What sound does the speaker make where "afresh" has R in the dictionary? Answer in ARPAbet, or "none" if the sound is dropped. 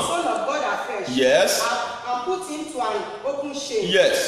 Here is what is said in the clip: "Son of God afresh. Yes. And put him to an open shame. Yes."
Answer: none